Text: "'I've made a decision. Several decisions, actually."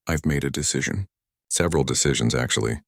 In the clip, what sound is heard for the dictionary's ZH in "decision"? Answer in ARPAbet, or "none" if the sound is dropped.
ZH